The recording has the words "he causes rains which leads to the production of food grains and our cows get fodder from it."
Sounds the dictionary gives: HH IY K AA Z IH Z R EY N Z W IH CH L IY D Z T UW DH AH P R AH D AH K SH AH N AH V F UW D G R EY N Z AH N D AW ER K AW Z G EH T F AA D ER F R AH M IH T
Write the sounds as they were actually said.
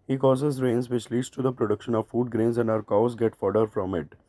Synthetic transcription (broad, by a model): HH IY K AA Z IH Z R EY N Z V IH CH L IY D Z T UW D AH P R AH D AH K SH AH N AH V F UW D G R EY N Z AH N D AW ER K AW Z G EH T F AA D ER F R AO M IH T